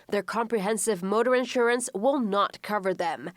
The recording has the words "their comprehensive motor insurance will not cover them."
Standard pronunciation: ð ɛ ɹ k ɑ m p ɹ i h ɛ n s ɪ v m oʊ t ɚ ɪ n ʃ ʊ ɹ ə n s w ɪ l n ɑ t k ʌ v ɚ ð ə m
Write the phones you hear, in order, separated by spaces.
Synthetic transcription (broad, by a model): ð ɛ ɹ k ɑ m p ɹ i h ɛ n s ɪ v m oʊ t ɚ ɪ n ʃ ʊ ɹ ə n s w ɪ l n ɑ t k ʌ v ɚ ð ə m